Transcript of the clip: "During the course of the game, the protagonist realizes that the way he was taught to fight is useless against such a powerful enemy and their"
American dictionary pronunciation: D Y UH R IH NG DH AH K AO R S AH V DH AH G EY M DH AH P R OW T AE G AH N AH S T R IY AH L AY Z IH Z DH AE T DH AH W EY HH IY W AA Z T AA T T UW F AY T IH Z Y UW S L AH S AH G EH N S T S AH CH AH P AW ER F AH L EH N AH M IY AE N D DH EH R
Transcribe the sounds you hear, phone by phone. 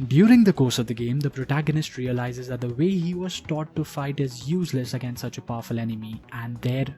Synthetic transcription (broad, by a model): D Y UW R IH NG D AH K AO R S AH V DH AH G EY M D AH P R OW T AE G AH N AH S T R IY AH L AY Z IH Z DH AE T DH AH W EY HH IY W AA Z T AA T T UW F AY T IH Z Y UW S L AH S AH G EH N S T S AH CH AH P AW F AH L EH N AH M IY AE N D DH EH R